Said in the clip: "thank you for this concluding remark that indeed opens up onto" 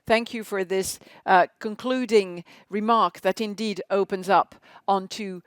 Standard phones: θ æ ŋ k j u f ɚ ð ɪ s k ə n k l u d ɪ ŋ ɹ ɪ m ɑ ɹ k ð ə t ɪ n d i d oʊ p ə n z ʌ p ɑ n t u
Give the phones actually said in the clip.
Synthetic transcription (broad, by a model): θ æ ŋ k j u f ɚ ð ɪ s k ə n k l u d ɪ ŋ ɹ ɪ m ɑ ɹ k ð ə t ɪ n d i d oʊ p ə n z ʌ p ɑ n t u